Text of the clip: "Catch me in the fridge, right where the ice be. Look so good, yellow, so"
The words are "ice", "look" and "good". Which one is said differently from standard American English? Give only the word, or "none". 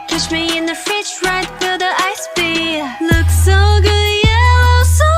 none